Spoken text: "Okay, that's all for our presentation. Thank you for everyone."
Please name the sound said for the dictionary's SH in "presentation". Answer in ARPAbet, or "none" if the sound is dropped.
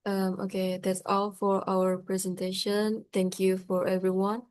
SH